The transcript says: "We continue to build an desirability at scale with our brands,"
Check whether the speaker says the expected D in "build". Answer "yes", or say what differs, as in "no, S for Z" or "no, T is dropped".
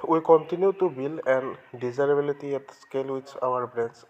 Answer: no, D is dropped